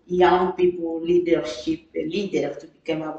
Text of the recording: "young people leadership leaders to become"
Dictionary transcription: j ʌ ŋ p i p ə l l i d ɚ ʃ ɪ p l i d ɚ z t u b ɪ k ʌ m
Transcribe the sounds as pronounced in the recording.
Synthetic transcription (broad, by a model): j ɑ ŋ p i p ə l l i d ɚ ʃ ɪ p l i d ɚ t u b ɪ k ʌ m